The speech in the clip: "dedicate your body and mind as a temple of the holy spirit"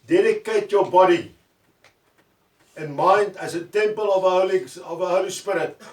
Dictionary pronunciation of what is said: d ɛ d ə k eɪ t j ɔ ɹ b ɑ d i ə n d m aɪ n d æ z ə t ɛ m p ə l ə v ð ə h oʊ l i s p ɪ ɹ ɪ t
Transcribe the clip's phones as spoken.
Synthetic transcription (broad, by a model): d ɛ d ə k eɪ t j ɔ b ɑ d i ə n m aɪ n d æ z ə t ɛ m p ə l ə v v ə h oʊ l i s p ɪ ɹ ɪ t